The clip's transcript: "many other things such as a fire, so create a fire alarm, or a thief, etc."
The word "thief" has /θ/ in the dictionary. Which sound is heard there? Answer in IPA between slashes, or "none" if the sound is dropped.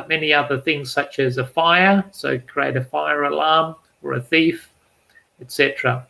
/θ/